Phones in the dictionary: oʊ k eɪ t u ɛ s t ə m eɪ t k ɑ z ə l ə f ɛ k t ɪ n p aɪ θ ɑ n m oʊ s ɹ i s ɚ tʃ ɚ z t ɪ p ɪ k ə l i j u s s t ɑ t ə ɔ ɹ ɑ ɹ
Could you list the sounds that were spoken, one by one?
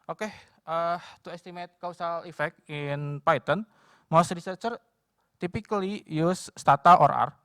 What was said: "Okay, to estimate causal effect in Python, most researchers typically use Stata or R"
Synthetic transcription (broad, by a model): oʊ k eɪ t u ɛ s t ə m eɪ t k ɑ s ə l ə f ɛ k t ɪ n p aɪ t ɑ n m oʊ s ɹ i s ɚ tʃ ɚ t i p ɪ k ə l i j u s s t ɑ t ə ɔ ɹ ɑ ɹ